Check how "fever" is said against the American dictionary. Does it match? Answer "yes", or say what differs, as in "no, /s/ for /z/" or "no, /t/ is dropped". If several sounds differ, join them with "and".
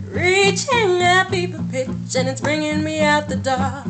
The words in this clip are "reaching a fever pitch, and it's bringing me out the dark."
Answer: no, /p/ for /f/ and /p/ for /v/